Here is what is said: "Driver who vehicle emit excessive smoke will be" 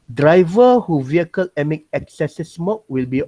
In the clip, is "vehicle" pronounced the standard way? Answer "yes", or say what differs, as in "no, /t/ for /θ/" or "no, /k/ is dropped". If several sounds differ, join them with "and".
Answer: yes